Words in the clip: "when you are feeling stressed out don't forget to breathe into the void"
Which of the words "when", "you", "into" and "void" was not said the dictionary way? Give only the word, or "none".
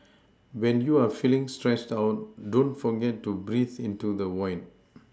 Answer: void